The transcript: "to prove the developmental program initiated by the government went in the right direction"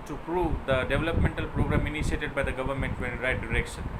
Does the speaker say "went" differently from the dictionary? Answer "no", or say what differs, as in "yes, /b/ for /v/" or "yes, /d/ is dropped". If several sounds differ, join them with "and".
yes, /n/ is dropped